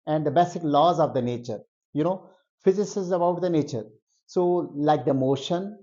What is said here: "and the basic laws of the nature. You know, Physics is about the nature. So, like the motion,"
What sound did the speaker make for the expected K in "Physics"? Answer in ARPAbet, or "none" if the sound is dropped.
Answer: none